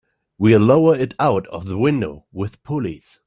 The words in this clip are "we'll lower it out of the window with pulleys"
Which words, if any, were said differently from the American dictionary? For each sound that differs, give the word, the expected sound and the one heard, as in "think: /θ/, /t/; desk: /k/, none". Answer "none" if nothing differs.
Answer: none